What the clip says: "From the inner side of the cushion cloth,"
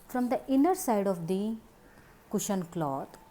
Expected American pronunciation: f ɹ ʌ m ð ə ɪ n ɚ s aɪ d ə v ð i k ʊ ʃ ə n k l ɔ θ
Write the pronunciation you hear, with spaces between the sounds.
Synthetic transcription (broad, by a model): f ɹ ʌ m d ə ɪ n ɚ s aɪ d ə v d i k ʊ ʃ ə n k l ɔ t